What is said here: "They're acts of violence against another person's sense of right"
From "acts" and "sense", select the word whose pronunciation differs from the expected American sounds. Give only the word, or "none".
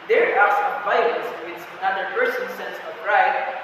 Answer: acts